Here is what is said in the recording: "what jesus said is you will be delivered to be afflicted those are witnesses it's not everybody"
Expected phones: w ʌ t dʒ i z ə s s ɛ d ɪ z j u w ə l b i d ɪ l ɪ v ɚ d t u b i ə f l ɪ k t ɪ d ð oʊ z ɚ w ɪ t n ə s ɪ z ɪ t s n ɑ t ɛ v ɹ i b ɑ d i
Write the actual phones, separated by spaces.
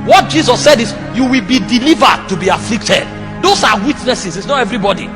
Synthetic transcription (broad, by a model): w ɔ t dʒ i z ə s s ɛ d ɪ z j u w ə l b i d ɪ l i v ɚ d t u b i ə f l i k t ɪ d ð oʊ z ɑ w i t n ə s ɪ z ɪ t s n ɑ t ɛ v ɹ i b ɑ d i